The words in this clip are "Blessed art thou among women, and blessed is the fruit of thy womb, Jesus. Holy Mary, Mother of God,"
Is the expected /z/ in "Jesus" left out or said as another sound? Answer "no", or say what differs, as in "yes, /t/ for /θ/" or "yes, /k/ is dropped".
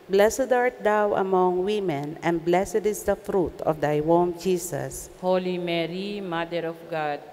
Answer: yes, /s/ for /z/